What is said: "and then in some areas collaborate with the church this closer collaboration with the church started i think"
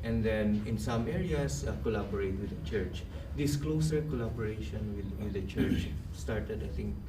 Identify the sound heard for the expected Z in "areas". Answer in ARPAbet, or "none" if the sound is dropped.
S